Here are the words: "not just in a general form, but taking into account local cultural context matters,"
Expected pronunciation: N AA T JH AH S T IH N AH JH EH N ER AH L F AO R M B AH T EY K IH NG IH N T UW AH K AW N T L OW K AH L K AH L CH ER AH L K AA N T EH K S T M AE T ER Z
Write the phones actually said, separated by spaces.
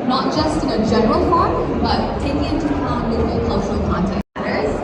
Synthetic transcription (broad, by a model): N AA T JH AH S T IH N AH JH EH N ER AH L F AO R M B AH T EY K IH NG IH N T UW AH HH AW L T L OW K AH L K AH L CH ER AH L K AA N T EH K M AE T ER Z